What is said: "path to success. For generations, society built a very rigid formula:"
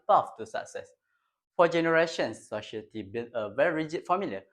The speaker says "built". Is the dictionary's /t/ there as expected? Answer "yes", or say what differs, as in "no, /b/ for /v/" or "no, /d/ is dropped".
no, /t/ is dropped